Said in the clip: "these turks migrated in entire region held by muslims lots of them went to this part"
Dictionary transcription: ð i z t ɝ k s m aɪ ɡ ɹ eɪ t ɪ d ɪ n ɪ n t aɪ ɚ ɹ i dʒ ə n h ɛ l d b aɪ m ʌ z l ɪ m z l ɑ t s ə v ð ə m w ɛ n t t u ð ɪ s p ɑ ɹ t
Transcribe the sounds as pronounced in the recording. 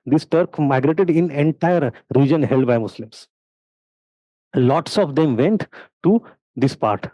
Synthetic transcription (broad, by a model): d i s t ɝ k m aɪ ɡ ɹ eɪ t ɪ d ɪ n ɪ n t aɪ ɚ ɹ i dʒ ə n h ɛ l d b aɪ m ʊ s l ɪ m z l ɑ t s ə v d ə m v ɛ n t t u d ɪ s p ɑ ɹ t